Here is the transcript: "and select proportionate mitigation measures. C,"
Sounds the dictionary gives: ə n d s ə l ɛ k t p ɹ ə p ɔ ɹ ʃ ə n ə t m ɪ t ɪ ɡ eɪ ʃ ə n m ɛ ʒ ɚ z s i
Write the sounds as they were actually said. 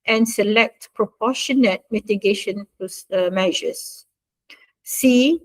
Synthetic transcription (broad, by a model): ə n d s ə l ɛ k t p ɹ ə p ɔ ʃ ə n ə t m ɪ t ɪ ɡ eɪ ʃ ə n m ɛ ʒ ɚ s s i